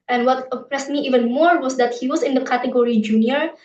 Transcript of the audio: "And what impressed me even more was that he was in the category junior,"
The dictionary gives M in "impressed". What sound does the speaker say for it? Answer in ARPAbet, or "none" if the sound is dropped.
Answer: none